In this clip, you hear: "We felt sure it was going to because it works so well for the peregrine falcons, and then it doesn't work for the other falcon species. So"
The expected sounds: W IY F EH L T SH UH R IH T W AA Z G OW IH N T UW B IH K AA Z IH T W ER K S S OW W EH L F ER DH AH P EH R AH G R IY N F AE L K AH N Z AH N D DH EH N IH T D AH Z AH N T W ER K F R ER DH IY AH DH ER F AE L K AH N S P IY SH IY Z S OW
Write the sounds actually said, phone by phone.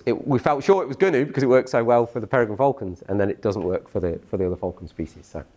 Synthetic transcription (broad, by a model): W IY F EH L T SH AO R IH T W AA Z G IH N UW B IH K AA Z IH T W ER K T S OW W EH L F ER DH AH P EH R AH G AH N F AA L K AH N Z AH N DH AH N IH T D AH Z AH N T W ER K F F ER DH IY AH DH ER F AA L K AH N S P IY SH IY Z S OW